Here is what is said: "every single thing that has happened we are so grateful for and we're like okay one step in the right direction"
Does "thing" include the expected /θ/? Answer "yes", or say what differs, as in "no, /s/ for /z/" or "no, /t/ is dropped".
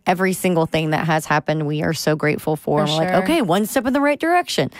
yes